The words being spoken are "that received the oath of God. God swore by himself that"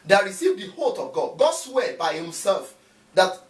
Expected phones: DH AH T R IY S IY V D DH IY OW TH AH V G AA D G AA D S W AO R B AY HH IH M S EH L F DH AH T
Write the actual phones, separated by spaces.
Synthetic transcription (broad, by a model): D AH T R IY S IY V D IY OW T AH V G AA D G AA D S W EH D B AY HH IH M S EH L F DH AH T